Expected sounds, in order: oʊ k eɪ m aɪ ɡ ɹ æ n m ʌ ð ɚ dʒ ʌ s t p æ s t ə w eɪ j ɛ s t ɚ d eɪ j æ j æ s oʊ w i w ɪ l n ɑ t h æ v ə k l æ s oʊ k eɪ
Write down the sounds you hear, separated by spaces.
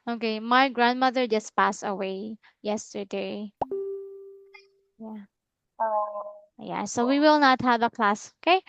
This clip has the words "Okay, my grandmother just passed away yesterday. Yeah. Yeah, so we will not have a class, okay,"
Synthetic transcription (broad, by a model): oʊ k eɪ m aɪ ɡ ɹ æ n m ʌ ð ɚ dʒ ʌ s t p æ s ə w eɪ j ɛ s t ɚ d eɪ j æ j æ s oʊ w i w ɪ l n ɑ t h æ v ə k l æ s oʊ k eɪ